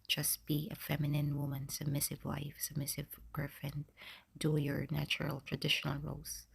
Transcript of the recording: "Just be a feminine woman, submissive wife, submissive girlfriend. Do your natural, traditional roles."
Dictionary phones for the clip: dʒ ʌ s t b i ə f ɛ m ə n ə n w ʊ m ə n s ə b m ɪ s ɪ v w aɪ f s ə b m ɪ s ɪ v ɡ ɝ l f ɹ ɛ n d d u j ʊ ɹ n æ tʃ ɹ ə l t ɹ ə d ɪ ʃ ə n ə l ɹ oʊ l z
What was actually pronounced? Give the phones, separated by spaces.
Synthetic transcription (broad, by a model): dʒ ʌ s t b i ə f ɛ m ə n ə n w ʊ m ə n s ə b m ɪ s ɪ v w aɪ f s ə b m ɪ s ɪ v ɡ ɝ f ɛ n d d u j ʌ ɹ n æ tʃ ɹ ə l t ɹ ə d ɪ ʃ ə n ə l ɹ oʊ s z